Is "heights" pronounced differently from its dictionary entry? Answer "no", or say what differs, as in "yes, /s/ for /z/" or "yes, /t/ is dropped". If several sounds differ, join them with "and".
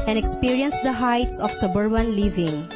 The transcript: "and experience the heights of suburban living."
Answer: no